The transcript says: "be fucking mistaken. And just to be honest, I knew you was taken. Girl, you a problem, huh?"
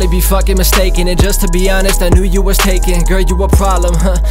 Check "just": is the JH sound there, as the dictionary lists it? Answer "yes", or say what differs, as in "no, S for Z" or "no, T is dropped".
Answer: no, ZH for JH